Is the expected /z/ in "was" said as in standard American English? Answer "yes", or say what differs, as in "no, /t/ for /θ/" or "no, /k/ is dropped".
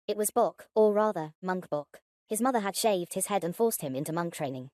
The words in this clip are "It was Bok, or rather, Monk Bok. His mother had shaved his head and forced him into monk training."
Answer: yes